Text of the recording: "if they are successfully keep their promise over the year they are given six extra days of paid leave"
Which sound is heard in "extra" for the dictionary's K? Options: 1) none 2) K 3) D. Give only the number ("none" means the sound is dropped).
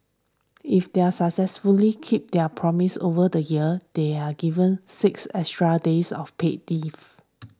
1